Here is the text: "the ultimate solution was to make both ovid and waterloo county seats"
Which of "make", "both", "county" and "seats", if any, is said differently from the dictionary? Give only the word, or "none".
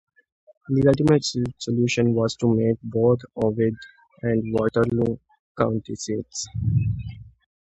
both